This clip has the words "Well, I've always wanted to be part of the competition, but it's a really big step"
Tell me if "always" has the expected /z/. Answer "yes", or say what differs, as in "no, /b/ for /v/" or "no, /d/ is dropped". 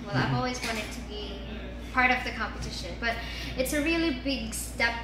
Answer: yes